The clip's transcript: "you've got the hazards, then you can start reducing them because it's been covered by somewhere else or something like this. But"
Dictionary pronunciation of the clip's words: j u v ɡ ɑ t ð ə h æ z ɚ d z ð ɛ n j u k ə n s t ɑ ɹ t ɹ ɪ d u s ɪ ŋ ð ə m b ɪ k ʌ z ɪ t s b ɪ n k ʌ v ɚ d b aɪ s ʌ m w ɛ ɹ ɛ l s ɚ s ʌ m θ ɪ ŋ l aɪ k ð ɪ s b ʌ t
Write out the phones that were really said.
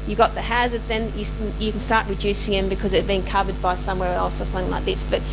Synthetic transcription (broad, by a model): j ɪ ɡ ɑ t ð ə h æ z ɚ d z ð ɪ n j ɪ k ə n s t ɑ ɹ t ɹ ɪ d u s ɪ ŋ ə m b ɪ k ʌ z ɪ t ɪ b ɪ n k ʌ v ɚ d b aɪ s ʌ m w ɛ ɹ ɛ l s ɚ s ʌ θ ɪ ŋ l aɪ k ð ɪ s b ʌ t